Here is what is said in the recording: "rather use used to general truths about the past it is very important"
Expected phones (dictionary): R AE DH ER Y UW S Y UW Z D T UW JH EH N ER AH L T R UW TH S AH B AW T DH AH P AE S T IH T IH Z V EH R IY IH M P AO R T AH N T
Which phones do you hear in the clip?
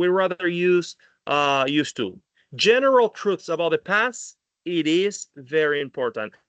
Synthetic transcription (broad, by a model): R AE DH ER Y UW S Y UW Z T UW JH EH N ER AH L T R UW TH S AH B AW T DH AH P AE S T IH T IH Z V EH R IY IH M P AO R T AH N T